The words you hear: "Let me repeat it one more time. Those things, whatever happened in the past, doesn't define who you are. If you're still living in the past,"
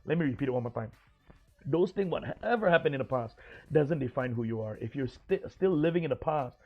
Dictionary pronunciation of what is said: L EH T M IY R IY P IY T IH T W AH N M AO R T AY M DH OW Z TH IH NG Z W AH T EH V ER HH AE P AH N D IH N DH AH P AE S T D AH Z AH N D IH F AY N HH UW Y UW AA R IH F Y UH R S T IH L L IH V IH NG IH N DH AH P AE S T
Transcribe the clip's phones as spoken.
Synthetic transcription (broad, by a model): L EH T M IY R IY P IY T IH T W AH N M AO R T AY M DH OW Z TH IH NG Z W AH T EH V ER HH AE P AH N IH N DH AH P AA S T D AH Z AH N D IH F AY N HH UW Y UW AA R IH F Y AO R S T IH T L IH V IH NG IH N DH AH P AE S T